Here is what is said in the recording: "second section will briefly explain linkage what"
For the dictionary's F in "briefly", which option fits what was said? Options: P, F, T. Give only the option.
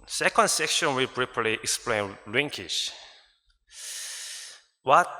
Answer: P